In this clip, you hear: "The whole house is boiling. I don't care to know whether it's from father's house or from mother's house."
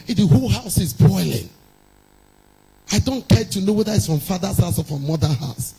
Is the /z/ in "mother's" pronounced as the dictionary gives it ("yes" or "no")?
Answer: no